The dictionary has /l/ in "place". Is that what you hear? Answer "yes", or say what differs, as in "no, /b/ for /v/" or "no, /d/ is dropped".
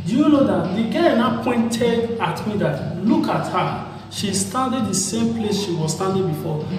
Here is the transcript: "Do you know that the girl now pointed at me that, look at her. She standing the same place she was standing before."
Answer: yes